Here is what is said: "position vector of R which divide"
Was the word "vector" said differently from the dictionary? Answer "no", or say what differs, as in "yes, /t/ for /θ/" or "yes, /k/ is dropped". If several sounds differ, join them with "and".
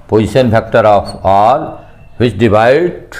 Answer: yes, /b/ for /v/